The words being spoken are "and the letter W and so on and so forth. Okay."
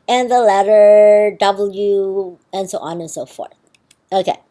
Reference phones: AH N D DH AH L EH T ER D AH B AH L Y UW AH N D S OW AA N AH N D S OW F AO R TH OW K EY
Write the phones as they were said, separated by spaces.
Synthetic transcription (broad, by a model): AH N DH AH L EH T ER D AH B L Y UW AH N S OW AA N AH N S OW F AO R TH OW K EY